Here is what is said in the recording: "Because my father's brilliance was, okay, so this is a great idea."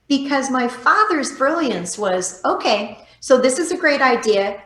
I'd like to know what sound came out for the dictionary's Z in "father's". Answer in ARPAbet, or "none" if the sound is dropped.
Z